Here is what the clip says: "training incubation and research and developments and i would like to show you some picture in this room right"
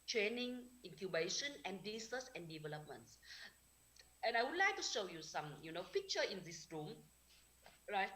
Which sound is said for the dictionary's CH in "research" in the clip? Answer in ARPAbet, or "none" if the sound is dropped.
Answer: S